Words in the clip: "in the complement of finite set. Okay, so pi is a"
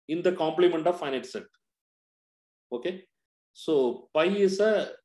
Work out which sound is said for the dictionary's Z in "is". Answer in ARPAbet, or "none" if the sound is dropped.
S